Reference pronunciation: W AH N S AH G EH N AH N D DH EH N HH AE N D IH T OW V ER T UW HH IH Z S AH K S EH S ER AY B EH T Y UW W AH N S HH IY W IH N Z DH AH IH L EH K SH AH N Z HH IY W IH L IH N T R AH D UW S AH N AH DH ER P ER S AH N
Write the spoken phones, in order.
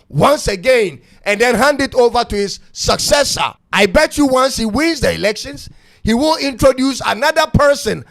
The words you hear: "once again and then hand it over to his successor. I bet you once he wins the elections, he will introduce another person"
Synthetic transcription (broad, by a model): W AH N S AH G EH N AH N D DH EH N HH AE N D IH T OW V ER T UW HH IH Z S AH K S EH S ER AY B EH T Y UW W AH N S HH IY W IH N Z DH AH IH L EH K SH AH N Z HH IY W IH L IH N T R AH D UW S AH N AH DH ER P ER S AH N